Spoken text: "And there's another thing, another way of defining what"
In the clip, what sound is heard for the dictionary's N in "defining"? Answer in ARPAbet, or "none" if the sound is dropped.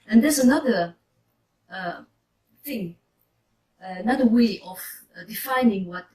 N